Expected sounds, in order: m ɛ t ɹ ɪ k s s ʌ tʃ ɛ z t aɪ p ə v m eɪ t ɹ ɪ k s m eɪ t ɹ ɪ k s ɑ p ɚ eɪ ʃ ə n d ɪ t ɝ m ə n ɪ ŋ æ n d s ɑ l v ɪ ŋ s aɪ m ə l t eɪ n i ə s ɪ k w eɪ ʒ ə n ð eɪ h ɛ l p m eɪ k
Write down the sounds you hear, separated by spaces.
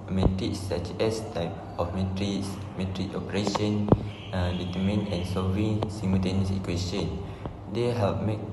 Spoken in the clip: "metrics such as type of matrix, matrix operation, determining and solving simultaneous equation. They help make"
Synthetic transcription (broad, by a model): m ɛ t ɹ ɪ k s s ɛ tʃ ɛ s t aɪ p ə f m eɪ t ɹ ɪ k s m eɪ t ɹ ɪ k ɑ p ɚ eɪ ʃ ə n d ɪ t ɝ m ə n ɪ n s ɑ v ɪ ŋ s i m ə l t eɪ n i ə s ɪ k w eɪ s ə n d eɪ h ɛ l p m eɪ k